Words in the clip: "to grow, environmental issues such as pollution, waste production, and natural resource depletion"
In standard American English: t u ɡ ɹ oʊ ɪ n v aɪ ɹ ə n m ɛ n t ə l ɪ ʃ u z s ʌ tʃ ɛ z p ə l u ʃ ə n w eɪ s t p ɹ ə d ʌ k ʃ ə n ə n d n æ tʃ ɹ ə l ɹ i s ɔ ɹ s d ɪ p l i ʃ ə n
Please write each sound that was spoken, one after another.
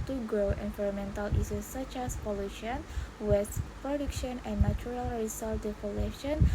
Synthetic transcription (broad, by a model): t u ɡ ɹ oʊ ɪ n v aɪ ɹ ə m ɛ n t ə l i s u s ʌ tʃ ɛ s p ə l u ʃ ə n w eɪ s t p ɹ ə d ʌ k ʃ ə n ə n n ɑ tʃ ɹ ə l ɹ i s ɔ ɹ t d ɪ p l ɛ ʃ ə n